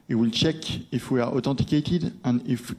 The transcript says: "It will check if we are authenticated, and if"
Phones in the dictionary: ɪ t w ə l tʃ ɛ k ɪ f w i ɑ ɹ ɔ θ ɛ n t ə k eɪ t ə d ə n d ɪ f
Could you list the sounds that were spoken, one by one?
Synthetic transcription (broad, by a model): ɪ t w ə l tʃ ɛ k ɪ f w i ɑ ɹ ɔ t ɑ t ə k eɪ t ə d ə n d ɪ f